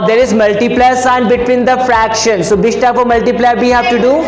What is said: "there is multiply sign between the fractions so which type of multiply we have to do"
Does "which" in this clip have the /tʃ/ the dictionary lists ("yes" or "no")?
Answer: no